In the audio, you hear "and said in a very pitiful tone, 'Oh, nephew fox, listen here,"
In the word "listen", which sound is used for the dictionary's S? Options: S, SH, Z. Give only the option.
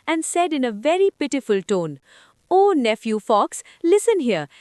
S